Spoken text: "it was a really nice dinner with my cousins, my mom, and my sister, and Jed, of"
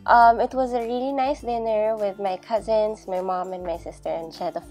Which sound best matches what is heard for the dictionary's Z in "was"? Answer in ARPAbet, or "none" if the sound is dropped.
Z